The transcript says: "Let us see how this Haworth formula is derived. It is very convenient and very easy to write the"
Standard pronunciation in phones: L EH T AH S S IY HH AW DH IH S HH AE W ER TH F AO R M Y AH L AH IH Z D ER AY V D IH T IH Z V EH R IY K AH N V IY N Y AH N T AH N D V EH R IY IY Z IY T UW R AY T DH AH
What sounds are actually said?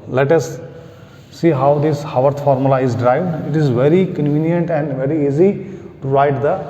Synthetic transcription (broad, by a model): L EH T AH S S IY HH AW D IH S HH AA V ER T F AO R M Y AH L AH IH Z D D AY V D IH T IH Z V EH R IY K AH N V IY N Y AH N T AH N D V EH R IY IY Z IY T UW R AY T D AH